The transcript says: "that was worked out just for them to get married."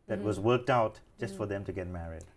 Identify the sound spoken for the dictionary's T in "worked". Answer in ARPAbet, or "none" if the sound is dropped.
T